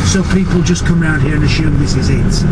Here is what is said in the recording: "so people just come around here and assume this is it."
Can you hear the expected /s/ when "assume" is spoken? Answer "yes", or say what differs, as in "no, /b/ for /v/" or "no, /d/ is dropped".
no, /ʃ/ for /s/